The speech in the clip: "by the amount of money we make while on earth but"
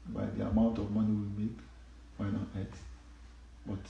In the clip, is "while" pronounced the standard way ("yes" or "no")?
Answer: no